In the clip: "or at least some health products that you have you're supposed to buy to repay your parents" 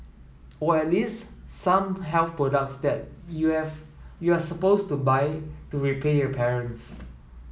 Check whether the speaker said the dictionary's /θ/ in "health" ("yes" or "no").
no